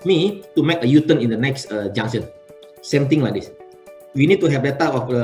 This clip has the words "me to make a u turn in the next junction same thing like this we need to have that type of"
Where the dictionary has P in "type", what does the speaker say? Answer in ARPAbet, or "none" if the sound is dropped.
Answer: none